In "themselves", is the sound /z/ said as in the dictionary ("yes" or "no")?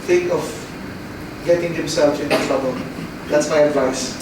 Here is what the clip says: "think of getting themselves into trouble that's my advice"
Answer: no